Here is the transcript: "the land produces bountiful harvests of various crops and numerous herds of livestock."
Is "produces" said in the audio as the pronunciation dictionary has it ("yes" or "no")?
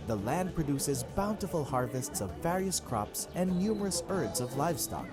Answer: yes